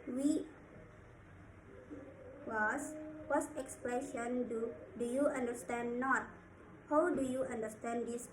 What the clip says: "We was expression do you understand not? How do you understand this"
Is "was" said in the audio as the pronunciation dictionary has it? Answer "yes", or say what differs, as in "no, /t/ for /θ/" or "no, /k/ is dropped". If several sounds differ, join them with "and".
no, /s/ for /z/